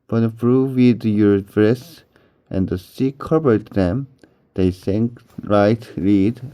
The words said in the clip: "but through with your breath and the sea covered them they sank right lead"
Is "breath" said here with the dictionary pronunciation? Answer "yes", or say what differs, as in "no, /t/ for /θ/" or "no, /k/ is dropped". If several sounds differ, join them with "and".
no, /s/ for /θ/